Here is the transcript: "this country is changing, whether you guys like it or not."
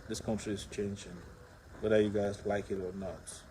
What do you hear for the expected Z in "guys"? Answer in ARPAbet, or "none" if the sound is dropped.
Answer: Z